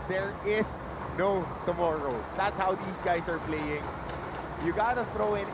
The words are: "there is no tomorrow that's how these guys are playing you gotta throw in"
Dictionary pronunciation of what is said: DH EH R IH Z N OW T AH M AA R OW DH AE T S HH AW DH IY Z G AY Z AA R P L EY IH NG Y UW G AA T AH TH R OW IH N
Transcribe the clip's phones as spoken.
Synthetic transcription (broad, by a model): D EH R IH S N OW T AH M AA R OW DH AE T S HH AW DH IY S G AY S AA R P L EY IH NG Y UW G AA T AH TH R OW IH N